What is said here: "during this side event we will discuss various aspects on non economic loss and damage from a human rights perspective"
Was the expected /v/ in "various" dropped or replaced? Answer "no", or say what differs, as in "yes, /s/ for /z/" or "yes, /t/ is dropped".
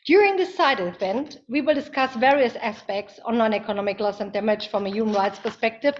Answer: no